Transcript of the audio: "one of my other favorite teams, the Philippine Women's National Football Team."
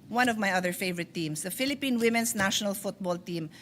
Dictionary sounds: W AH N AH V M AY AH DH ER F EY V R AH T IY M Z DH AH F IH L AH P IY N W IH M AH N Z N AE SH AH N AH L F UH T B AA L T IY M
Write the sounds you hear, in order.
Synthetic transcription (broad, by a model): W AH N AH V M AY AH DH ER F EY V R AH T IY M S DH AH F IH L AH P IY N W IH M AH N S N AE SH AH N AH L F UH T B AA L T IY M